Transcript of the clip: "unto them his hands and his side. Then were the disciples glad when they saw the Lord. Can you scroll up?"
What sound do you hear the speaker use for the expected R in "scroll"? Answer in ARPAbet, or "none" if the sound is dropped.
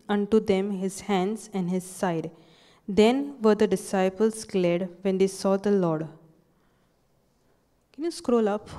R